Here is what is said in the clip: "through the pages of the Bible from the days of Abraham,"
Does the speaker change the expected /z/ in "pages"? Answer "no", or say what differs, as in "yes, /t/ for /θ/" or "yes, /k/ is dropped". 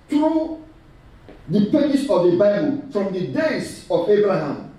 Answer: yes, /s/ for /z/